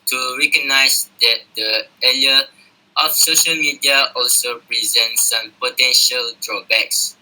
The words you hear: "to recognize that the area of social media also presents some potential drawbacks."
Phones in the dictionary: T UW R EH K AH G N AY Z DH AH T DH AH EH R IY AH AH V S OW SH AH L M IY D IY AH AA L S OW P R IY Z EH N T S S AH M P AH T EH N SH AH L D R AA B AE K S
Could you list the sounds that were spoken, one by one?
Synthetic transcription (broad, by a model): T UW R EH K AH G N AY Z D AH T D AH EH L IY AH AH F S OW SH AH L M IY D IY AH AA L S OW P R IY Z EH N T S S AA M P AH T EH N SH AH L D R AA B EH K S